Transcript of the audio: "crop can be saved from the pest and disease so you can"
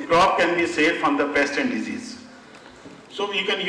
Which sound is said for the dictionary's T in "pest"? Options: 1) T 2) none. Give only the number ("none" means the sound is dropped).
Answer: 1